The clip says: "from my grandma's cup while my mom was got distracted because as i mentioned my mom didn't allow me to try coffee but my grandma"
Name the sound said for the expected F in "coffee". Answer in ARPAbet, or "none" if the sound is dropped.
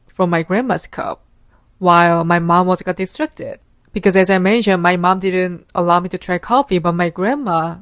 F